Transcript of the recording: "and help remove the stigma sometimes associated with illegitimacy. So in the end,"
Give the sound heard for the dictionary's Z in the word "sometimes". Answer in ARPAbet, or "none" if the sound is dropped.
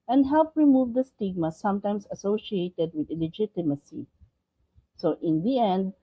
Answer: S